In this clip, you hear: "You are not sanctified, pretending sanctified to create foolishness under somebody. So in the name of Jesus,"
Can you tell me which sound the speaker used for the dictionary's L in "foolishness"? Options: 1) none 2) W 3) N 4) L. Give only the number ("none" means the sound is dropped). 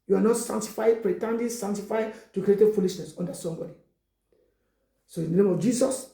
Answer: 4